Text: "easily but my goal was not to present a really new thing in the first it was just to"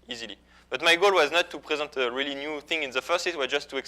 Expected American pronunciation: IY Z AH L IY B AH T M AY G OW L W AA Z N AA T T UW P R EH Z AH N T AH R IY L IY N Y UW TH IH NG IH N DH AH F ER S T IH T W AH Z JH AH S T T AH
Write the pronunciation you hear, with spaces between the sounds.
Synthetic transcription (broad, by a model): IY Z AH L IY B AH T M AY G OW L W AA Z N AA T T UW P R EH Z AH N T AH R IY L IY N Y UW TH IH NG IH N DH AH F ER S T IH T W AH JH AH S T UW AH